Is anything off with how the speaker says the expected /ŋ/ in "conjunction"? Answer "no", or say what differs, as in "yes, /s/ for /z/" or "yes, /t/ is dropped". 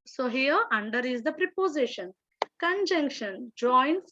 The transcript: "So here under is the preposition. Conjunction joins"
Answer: no